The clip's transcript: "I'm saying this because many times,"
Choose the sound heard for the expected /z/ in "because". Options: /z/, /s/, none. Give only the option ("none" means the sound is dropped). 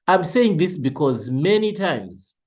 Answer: /z/